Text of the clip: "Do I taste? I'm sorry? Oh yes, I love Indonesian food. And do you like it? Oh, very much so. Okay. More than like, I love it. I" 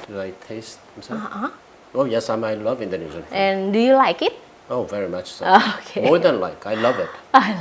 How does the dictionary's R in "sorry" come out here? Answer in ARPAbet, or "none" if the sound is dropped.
none